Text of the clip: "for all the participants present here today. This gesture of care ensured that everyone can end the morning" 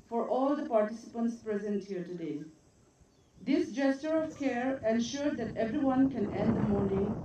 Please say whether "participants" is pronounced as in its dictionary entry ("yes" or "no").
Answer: yes